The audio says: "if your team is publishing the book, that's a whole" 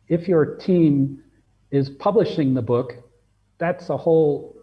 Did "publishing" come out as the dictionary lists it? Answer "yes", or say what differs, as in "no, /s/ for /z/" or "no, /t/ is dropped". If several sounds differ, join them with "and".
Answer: yes